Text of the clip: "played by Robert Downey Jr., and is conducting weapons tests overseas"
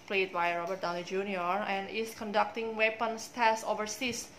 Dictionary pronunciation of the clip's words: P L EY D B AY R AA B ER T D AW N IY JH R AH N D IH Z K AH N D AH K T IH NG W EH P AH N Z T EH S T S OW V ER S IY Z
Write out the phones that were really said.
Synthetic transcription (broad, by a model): P L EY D B AY R AA B ER T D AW L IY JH R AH N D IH S K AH N D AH K T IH NG W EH P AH N S T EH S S OW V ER S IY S